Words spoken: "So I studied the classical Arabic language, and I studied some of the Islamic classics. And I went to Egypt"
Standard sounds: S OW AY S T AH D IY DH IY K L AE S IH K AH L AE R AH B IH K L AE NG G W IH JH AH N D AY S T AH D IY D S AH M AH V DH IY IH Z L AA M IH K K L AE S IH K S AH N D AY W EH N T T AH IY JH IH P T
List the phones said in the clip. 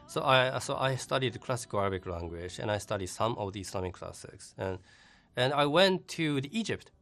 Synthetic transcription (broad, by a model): S OW AY S T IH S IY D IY K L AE S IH K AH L AE R AH B IH K L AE NG G W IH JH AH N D AY S T AH D IY D S AH M AH V DH IY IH S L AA M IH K K L AE S IH K S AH N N AY W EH N T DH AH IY JH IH P T